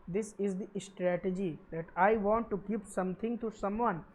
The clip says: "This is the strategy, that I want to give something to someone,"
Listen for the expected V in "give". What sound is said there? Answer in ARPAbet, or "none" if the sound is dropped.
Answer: P